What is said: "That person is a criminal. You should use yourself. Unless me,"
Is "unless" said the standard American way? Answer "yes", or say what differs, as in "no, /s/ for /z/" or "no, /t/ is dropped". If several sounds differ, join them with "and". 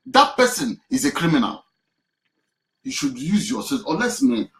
no, /n/ is dropped